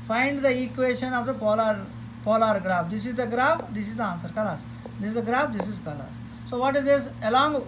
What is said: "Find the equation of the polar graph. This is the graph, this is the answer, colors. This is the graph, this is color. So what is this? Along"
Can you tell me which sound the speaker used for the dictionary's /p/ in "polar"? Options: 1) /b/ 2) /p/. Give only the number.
2